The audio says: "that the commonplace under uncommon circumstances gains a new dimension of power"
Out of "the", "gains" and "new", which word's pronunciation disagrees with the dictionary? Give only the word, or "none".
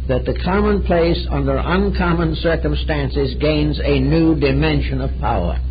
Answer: none